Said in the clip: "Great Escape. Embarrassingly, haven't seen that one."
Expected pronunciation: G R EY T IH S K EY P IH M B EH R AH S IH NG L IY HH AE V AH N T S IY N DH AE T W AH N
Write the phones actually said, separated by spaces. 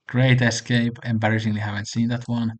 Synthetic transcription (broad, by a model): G R EY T IH S K EY P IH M B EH R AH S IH NG L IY HH AE V AH N T S IY N DH AE T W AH N